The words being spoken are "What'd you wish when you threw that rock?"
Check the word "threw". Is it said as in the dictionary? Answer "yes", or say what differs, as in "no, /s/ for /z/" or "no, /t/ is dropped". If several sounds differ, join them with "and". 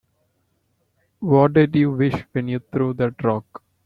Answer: no, /t/ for /θ/